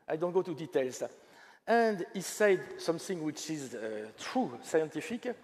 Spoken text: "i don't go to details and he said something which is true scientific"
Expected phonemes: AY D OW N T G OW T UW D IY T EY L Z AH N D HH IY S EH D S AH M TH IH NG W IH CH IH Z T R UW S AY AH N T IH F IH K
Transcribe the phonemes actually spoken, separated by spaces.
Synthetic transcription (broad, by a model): AY D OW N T G OW T UW D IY T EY L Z AH N D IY S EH D S AH M TH IH NG W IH CH IH Z T R UW S AY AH N T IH F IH K